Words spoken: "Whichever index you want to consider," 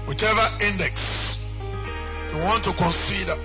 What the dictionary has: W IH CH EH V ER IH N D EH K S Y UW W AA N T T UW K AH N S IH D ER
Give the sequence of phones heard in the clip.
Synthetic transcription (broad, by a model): W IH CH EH V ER IH N D EH K S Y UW W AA N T T UW K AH N S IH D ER